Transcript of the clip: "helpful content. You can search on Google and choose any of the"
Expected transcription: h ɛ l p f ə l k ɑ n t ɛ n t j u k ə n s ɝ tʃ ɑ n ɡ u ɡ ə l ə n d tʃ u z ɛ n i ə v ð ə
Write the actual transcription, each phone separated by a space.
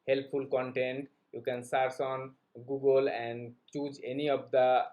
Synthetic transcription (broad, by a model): h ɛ l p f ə l k ɑ n t ɛ n t j u k ə n s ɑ s ɑ n ɡ u ɡ ə l ə n d tʃ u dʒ ɛ n i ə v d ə